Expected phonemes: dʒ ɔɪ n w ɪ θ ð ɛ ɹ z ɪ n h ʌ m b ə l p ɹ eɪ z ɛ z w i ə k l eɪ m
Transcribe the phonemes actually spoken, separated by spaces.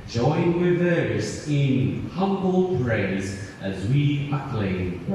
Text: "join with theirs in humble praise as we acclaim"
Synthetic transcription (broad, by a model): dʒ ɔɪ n w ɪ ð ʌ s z ɪ n h ʌ m b ə l p ɹ eɪ z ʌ z w i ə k l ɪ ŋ